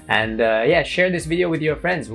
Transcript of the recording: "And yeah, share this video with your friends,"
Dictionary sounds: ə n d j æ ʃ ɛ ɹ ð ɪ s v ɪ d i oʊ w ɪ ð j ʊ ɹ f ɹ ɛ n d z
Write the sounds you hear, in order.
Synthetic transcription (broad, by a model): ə n d j æ ʃ ɛ ɹ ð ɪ s v ɪ d i oʊ w ɪ ð j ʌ ɹ f ɹ ɛ n d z